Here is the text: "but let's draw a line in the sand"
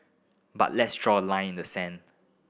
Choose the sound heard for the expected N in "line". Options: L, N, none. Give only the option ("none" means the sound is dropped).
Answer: none